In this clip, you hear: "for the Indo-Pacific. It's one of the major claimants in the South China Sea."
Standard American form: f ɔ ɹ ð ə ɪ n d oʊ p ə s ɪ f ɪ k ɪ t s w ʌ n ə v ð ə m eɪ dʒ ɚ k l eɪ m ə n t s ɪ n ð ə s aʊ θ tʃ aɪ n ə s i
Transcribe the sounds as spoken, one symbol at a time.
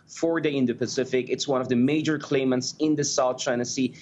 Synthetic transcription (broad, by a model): f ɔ ɹ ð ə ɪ n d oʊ p ə s ɪ f ɪ k ɪ t s w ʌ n ə v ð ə m eɪ dʒ ɚ k l eɪ m ə n t s ɪ n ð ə s aʊ θ tʃ aɪ n ə s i